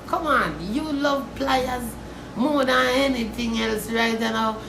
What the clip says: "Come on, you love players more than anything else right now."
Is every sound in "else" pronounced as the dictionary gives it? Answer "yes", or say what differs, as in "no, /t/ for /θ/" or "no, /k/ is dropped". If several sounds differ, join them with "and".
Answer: yes